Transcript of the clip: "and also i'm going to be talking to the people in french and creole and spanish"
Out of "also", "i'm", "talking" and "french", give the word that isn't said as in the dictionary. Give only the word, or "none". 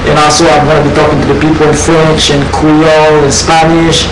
none